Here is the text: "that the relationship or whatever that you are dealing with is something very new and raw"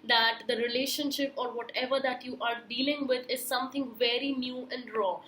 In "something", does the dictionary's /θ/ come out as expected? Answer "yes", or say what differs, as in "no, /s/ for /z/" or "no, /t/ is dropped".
no, /t/ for /θ/